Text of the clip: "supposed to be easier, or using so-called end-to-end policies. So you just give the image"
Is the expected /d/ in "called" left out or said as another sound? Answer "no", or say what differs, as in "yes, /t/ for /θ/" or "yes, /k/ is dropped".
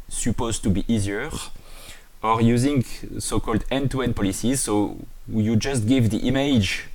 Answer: no